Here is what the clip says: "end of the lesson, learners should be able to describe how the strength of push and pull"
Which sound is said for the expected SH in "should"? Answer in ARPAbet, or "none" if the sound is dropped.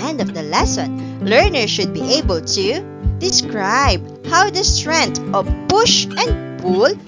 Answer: SH